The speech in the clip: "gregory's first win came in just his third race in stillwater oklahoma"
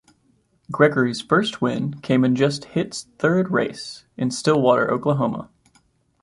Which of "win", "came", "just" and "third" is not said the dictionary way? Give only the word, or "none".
none